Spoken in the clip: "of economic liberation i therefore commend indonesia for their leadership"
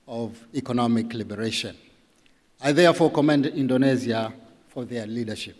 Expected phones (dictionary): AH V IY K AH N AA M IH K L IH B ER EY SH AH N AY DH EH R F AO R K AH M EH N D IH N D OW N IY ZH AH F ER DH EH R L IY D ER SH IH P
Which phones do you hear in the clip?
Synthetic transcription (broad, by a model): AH V IY K AH N AA M IH K L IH B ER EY SH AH N AY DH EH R F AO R K AH M EH N D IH N D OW N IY Z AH F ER DH EH R L IY D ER SH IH P